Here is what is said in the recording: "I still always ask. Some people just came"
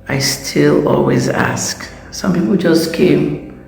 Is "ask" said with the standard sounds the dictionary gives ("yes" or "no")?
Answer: yes